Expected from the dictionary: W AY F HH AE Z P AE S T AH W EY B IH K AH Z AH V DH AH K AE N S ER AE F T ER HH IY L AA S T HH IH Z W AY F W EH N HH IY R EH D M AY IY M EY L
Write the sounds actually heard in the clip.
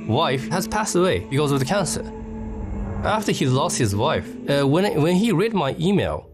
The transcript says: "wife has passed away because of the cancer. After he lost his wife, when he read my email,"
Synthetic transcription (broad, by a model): W AY F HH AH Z P AE S T AH W EY B IH K AH Z AH V DH AH K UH N S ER AE F T ER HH IY L AA S T HH IH Z W AY F W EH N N IY R EH D M AY IY M EY L